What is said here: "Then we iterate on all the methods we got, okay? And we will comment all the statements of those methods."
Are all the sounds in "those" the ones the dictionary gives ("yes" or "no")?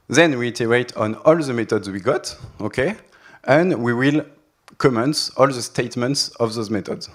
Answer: yes